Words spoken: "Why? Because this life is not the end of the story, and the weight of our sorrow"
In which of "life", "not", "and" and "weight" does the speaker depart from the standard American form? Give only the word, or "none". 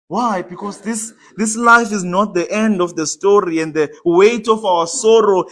none